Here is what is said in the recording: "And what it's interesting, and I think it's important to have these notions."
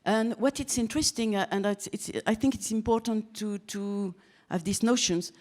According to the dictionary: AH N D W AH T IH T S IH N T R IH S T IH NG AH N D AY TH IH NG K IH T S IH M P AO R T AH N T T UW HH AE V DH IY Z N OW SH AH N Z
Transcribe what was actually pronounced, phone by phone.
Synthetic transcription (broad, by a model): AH N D W AH T IH T S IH N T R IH S T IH NG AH N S AY TH IH NG K IH T S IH M P AO R T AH N T T UW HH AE V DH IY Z N OW SH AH N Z